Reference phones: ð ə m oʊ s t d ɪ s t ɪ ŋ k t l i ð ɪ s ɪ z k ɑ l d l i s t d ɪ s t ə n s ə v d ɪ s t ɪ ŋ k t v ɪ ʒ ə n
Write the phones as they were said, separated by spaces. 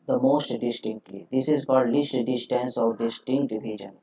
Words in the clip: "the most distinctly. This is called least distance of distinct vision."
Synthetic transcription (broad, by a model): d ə m oʊ s t d ɪ s t ɪ ŋ k t l i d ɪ s ɪ z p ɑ d l i s t d ɪ s t ə n s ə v d ɪ s t ɪ ŋ k t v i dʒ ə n